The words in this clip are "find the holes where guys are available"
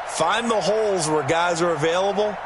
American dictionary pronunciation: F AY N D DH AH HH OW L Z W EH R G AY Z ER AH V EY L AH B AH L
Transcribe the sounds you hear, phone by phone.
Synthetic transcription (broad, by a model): F AY N DH AH HH OW L Z W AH R G AY Z ER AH V EY L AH B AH L